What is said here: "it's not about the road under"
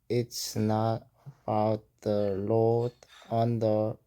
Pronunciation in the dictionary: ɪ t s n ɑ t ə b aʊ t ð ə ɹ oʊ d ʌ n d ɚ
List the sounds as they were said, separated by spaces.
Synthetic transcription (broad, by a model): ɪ t s n ɑ t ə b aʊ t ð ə l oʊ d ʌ n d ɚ